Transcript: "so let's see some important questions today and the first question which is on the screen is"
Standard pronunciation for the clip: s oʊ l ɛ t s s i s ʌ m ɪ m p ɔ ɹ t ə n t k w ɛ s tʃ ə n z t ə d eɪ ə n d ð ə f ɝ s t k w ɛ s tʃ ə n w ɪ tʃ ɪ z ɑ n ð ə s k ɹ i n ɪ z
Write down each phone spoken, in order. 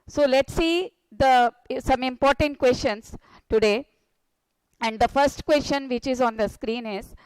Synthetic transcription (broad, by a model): s oʊ l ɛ t s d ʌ s ʌ m ɪ m p ɔ ɹ t ə n t k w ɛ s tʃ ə n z t ə d eɪ ə n d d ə f ɝ s t k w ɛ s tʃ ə n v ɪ tʃ ɪ z ɑ n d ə s k ɹ i n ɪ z